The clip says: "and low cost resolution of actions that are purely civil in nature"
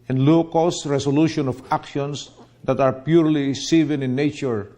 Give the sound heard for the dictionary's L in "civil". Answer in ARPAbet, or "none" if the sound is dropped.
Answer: N